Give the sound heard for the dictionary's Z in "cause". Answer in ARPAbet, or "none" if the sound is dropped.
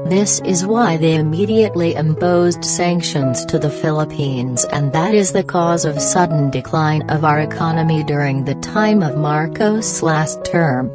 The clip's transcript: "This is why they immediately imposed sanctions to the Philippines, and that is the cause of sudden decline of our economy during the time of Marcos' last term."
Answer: Z